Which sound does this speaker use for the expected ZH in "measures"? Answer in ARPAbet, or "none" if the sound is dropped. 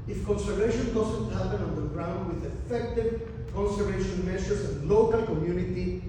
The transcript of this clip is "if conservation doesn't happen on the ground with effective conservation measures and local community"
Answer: S